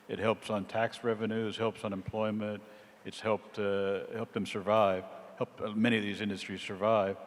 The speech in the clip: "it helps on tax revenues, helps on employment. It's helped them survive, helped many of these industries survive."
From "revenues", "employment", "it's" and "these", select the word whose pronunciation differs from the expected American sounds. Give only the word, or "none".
none